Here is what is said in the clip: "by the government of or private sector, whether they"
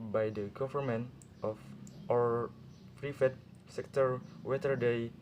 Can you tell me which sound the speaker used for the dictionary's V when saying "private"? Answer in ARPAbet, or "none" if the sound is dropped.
F